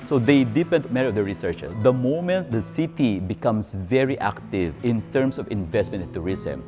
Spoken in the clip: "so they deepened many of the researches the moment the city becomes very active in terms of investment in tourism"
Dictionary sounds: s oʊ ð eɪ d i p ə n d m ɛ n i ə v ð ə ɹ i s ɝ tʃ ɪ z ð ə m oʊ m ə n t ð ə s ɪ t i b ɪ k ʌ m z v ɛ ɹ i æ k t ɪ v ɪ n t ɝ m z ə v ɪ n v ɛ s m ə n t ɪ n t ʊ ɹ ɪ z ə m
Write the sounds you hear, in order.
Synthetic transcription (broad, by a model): s oʊ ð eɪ d i p ə n d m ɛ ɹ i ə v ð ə ɹ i s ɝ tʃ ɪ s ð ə m oʊ m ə n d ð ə s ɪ t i b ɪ k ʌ m s v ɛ ɹ i æ k t ɪ v ɪ n t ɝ m s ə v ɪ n v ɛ s m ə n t ɪ n t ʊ ɹ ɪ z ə m